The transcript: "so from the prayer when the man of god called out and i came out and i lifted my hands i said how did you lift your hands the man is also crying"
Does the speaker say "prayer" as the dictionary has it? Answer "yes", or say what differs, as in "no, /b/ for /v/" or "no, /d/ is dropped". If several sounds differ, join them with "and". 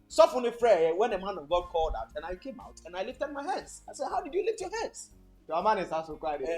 no, /f/ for /p/